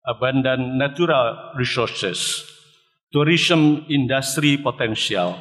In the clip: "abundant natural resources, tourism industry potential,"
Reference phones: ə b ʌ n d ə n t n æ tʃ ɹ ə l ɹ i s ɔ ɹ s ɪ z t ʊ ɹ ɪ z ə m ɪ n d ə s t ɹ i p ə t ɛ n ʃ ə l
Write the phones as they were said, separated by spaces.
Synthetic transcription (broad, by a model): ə b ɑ n d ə n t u ɹ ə l ɹ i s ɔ ɹ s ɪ s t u ɹ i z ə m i n d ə s t ɹ i p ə t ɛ n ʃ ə l